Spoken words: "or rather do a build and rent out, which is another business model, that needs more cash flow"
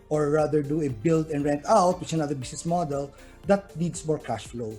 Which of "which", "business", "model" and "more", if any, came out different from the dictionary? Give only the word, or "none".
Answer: business